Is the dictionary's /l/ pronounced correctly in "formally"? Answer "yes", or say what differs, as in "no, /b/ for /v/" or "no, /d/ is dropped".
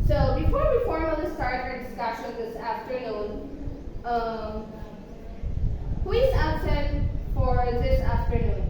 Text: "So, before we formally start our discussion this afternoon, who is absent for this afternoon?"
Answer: no, /n/ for /l/